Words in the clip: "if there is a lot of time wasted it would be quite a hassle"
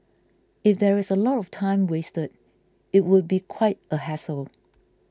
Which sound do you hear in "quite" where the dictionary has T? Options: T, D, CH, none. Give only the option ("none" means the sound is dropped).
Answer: T